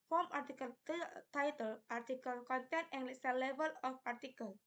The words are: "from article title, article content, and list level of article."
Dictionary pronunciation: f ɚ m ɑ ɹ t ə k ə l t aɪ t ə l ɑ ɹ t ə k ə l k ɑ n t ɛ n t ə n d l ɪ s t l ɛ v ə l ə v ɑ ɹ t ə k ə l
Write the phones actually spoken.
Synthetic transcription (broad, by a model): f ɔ m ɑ ɹ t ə k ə l t aɪ t ə l ɑ ɹ t ə k ə l k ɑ n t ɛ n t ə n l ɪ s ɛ l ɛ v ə l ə p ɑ ɹ t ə k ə l